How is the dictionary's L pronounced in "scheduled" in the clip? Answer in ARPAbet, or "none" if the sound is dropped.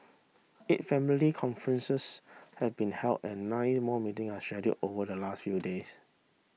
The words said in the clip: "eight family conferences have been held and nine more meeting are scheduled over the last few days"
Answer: none